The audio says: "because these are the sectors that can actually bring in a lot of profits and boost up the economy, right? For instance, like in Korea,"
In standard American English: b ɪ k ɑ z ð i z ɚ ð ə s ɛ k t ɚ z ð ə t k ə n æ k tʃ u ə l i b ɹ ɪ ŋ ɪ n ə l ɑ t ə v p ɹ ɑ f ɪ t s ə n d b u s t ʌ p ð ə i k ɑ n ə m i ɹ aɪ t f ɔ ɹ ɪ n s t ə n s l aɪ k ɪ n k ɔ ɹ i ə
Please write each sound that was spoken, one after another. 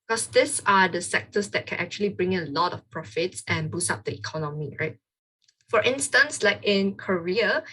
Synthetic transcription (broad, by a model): k ɑ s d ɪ s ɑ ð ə s ɛ k t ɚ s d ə t k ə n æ k tʃ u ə l i b ɹ ɪ ŋ ə l ɑ t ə f p ɹ ɑ f ɪ t s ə n b u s ɑ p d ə i k ɑ n ə m i ɹ aɪ t f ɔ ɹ ɪ n s t ə n s l aɪ k ɪ n k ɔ ɹ i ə